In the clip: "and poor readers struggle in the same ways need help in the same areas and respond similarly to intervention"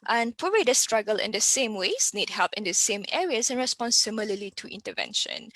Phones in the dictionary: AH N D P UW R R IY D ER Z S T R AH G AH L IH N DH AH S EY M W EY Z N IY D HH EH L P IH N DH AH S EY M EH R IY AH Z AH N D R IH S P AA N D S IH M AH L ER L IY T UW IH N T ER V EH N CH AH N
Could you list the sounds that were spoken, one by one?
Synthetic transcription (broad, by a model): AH N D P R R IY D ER S T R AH G AH L IH N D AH S EY M W EY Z N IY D HH EH L P IH N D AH S EY M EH R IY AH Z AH N R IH S P AA N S S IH M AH L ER L IY T UW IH N T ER V EH N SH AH N